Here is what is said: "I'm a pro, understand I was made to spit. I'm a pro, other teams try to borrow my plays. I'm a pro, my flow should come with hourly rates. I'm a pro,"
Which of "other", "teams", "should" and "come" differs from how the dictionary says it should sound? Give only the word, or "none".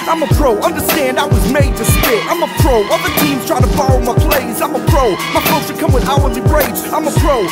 should